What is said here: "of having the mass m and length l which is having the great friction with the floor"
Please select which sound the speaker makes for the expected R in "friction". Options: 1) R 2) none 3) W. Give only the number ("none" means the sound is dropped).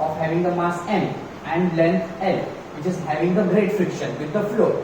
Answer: 1